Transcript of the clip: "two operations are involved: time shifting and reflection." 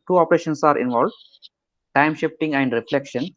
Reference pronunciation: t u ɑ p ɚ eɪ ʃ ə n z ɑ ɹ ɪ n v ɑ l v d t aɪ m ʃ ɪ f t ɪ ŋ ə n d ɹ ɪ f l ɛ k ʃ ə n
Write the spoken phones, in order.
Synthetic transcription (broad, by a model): t u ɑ p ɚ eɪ ʃ ə n s ɑ ɹ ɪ n v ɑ l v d t aɪ m ʃ ɪ f t ɪ ŋ ə n d ɹ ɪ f l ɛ k ʃ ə n